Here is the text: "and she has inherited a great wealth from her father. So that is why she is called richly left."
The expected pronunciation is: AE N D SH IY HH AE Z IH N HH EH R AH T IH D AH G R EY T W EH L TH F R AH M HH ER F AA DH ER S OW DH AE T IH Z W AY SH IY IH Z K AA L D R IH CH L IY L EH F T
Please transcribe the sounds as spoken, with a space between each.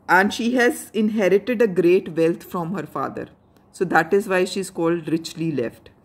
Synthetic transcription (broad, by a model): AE N D SH IY HH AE Z IH N HH EH R AH T IH D AH G R EY T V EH L T F R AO M HH ER F AA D ER S OW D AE T IH Z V AY SH IY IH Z K AA L D R IH CH L IY L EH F T